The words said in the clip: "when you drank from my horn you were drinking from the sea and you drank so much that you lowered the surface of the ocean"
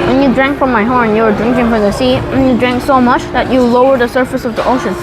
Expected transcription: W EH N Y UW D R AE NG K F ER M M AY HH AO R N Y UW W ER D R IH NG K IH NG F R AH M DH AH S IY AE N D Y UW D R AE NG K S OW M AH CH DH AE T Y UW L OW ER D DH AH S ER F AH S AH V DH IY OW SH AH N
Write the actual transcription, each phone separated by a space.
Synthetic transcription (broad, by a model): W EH N Y UW D R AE NG K F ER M M AY HH AO R N Y UW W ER D R IH NG K IH NG F R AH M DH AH S IY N Y UW D R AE NG K S OW M AH CH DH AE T Y UW L OW ER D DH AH S ER F AH S AH V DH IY OW SH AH N